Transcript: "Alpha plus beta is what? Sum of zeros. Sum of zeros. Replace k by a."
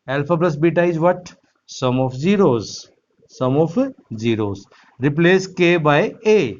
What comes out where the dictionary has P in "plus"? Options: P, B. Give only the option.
B